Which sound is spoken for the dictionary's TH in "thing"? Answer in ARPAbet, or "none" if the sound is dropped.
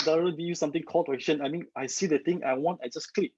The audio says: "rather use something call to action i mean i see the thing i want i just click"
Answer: T